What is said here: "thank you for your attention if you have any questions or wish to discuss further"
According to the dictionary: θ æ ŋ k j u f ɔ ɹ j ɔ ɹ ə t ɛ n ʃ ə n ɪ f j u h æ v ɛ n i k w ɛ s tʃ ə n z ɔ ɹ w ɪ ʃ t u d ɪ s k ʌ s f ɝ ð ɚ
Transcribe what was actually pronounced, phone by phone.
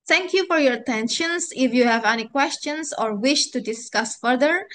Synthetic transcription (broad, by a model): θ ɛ ŋ k j u f ɔ ɹ j ɔ ɹ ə t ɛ n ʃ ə n ɪ f j u h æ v ɛ n i k w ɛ s tʃ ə n s ɔ ɹ w ɪ ʃ t u d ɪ s k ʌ s f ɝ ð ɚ